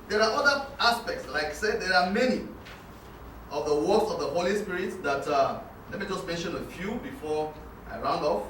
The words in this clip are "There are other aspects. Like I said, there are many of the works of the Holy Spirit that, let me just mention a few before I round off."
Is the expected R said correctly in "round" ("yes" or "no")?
yes